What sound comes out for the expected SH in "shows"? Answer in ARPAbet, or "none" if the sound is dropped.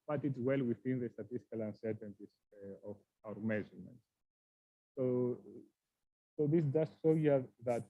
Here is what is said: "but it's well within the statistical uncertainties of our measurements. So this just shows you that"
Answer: S